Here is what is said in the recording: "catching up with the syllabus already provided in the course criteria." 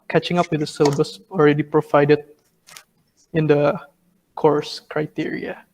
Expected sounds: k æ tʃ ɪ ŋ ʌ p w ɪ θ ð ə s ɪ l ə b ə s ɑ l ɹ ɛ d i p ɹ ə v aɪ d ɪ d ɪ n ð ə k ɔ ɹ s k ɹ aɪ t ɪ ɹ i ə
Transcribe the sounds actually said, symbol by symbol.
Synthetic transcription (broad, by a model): k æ tʃ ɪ ŋ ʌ p w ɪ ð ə s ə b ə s ɑ l ɹ ɛ d i p ɹ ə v aɪ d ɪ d ɪ n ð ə k ɔ ɹ s k ɹ aɪ t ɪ ɹ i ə